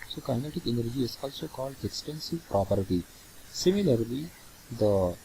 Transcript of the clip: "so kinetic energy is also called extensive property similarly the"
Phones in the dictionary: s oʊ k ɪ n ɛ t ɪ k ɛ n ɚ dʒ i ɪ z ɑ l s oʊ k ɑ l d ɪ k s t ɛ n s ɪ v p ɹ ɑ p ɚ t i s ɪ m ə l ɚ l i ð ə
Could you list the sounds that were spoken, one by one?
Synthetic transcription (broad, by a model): s oʊ k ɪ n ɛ t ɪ k ɛ n ɚ dʒ i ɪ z ɑ l s oʊ k ɑ l d ɪ k s t ɛ n s ɪ v p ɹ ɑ p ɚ t i s ɪ m ə l ɚ l i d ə